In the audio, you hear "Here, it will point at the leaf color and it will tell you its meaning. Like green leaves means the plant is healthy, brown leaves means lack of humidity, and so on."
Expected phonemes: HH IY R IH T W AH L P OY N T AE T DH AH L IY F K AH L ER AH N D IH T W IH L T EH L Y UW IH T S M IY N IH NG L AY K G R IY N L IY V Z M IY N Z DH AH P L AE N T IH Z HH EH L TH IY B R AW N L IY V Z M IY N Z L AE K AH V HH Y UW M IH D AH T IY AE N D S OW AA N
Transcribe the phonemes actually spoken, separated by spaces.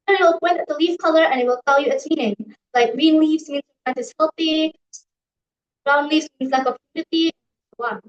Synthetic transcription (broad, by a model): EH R IH T W AH L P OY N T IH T DH AH L IY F K AH L ER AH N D IH T W IH L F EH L Y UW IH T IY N IH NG L AY K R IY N L IY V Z M IY N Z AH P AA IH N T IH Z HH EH L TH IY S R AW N L IY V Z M IY N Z L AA AH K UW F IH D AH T IY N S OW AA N